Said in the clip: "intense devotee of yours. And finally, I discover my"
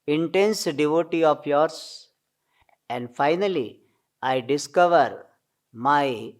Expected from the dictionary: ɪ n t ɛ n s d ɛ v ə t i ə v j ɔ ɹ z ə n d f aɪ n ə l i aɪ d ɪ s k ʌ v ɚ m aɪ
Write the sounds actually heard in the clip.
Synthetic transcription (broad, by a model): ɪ n t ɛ n s d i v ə t i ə p j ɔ ɹ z ə n d f aɪ n ə l i aɪ d ɪ s k ʌ v ɚ m aɪ